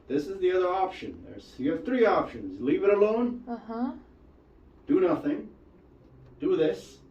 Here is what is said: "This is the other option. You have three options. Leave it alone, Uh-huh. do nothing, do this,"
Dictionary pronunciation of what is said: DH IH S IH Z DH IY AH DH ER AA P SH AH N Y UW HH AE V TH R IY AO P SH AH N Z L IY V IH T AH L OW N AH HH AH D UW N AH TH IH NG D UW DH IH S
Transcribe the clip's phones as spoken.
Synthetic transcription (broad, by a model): DH IH S IH Z DH IY AH DH ER AA P SH AH N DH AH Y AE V TH R IY AO P SH AH N Z L IY V IH T AH L OW N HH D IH N AH TH IH NG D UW DH IH S